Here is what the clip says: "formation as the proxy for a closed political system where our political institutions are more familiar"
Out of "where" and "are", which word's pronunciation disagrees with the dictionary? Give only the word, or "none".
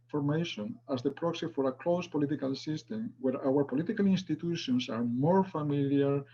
none